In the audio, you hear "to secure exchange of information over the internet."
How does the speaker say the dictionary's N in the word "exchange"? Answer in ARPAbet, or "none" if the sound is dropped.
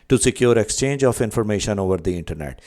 N